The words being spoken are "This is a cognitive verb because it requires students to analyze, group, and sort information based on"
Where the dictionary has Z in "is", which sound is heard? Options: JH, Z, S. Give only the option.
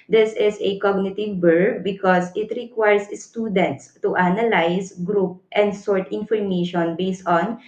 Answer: S